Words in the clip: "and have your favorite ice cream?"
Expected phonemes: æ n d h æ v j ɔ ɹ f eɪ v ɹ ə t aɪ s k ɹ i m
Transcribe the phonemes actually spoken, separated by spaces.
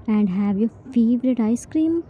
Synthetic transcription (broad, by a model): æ n d h æ v j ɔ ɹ f eɪ v ɹ ə t aɪ s k ɹ i m